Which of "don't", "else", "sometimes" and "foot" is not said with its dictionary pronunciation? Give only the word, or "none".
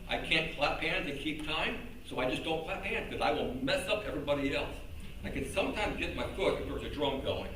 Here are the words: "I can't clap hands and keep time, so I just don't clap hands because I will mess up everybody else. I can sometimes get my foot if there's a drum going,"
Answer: none